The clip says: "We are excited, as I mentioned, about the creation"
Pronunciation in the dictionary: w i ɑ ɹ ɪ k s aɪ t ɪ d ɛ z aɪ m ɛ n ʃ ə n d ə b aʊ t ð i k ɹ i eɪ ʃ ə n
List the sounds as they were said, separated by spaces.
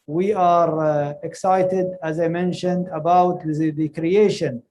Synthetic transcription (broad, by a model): w i ɑ ɹ ɪ k s aɪ t ɪ d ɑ z aɪ m ɛ n ʃ ə n d ə b aʊ t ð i k ɹ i eɪ ʃ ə n